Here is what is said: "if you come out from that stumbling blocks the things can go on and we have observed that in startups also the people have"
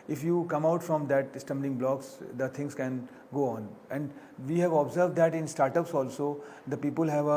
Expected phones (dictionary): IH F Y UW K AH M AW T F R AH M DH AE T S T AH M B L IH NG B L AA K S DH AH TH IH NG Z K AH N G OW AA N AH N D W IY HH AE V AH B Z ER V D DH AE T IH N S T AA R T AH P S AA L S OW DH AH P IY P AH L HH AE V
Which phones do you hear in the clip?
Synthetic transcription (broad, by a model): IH F Y UW K AH M AW T F R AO M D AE T S T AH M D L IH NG B L AA K S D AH T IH NG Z K AH N G OW AA N AH N D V IY HH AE V AH B Z ER V D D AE T IH N S T AA R T AH P S AA L S OW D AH P IY P AH L HH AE V